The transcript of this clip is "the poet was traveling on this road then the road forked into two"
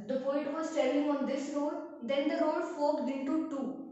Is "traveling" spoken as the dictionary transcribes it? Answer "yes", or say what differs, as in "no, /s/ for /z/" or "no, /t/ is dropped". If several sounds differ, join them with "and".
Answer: no, /ɹ/ is dropped and /v/ is dropped